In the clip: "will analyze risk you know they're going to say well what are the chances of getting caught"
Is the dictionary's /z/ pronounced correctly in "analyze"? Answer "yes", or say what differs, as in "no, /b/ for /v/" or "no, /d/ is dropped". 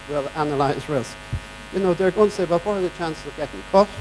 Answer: yes